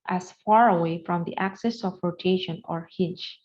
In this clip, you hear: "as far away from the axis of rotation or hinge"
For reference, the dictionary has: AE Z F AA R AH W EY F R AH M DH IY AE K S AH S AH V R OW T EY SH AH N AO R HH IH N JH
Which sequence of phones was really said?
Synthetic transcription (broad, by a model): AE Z F AA R AH W EY F R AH M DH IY AE K S AH S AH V R OW T EY SH AH N AO R HH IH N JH